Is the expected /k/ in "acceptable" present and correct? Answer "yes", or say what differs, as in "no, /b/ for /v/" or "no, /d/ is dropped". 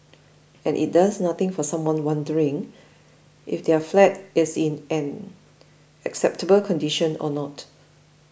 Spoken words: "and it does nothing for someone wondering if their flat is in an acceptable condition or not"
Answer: yes